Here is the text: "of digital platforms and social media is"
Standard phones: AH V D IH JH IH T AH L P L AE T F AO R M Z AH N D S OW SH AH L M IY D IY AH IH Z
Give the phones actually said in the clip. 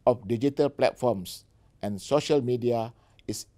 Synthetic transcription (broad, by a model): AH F D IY JH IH T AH L P L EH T F AO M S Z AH N S OW SH AH L M IY D IY AH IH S